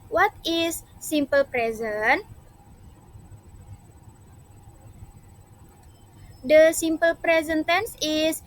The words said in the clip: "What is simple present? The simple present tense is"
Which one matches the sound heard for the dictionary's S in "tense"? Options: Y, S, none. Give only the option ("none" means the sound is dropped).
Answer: S